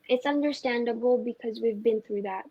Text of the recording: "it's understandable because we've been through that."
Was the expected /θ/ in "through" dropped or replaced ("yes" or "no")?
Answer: no